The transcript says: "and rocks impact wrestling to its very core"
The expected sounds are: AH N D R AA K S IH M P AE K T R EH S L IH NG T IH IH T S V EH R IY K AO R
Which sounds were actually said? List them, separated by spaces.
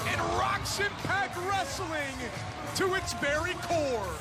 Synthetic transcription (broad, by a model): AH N R AA K SH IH P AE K R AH S L IH NG T IH IH T S B EH R IY K AO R